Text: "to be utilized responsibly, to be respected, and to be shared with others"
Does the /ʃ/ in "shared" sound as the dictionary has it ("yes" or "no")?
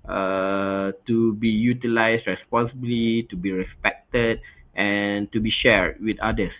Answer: yes